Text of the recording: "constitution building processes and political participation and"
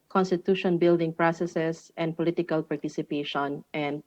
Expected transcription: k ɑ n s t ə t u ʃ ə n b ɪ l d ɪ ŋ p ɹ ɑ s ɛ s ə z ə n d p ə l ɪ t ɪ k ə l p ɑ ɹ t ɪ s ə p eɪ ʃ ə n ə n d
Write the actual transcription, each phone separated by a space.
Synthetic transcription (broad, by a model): k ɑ n s t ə t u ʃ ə n b ɪ l d ɪ ŋ p ɹ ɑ s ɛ s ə s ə n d p ə l ɪ t ɪ k ə l p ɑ ɹ t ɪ s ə p eɪ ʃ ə n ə n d